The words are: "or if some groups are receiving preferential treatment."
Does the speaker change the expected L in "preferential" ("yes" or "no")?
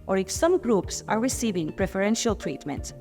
no